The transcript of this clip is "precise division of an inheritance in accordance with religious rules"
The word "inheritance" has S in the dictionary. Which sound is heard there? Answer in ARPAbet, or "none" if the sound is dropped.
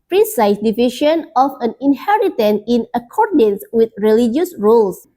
none